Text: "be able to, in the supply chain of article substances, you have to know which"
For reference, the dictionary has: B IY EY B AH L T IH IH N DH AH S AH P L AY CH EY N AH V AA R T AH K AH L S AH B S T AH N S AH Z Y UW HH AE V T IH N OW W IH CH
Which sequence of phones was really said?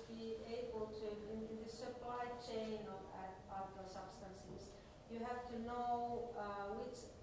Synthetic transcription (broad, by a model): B IY EY B AH L T IH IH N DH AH S AH P L AY CH EY N AH V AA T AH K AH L S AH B S T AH N S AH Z Y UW HH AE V T IH N OW W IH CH